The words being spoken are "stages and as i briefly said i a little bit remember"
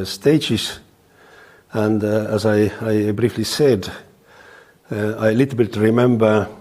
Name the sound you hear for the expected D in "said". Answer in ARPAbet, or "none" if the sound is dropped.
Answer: D